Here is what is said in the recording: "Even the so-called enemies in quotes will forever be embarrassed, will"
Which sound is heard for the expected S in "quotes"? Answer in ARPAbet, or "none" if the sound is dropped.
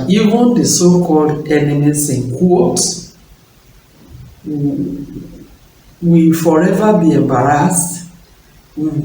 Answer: none